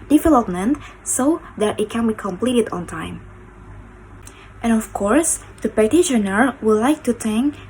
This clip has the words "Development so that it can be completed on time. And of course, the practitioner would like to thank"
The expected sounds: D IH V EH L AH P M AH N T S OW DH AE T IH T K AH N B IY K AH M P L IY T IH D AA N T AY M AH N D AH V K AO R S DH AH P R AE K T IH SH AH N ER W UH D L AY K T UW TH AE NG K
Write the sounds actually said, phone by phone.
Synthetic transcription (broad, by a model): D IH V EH L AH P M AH N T S OW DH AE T IH T K AH N B IY K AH M P L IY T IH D AA N T AY M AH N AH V K AO R S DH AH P AE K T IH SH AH N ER W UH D L AY K T UW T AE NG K